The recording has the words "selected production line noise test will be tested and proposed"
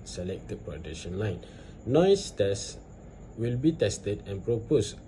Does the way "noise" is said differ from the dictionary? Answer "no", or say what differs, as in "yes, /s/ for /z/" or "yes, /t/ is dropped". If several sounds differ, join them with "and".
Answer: yes, /s/ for /z/